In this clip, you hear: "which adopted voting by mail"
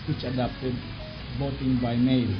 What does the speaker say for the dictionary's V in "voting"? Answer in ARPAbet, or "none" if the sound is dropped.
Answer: B